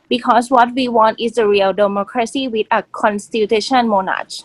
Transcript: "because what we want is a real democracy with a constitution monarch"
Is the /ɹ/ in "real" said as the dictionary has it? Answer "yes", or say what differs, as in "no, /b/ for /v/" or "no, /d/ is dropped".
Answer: yes